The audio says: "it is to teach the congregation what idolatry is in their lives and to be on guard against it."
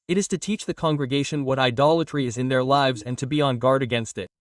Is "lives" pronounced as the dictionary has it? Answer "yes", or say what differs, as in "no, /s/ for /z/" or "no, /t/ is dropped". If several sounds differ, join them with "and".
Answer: yes